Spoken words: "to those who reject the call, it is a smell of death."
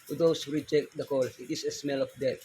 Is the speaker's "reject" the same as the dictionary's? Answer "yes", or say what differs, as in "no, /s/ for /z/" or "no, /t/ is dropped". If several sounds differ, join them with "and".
yes